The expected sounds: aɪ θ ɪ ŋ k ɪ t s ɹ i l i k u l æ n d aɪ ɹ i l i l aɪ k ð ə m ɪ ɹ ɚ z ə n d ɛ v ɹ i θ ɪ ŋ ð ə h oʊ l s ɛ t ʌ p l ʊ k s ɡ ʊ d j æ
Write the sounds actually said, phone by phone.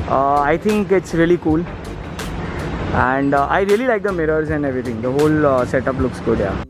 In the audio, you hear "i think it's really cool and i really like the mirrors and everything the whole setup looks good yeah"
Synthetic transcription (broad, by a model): aɪ t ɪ ŋ k ɪ t s ɹ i l i k u l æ n d aɪ ɹ i l i l aɪ k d ə m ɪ ɹ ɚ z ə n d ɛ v ɹ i t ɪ ŋ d ə h oʊ l s ɛ t ʌ p l ʊ k s ɡ ʊ d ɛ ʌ